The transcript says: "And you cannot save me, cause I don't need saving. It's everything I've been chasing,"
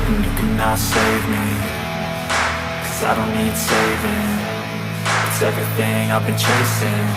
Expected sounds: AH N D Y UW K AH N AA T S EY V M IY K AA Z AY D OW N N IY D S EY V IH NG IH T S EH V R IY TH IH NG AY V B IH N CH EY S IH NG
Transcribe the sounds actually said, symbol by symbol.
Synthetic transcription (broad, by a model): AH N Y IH K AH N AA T S EY V M IY K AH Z AY D OW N N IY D S EY V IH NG IH T S EH V R IY TH IH NG AY V B IH N CH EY S IH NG